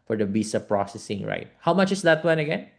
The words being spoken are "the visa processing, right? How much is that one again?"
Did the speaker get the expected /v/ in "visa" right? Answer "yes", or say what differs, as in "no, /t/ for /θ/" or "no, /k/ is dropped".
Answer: no, /b/ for /v/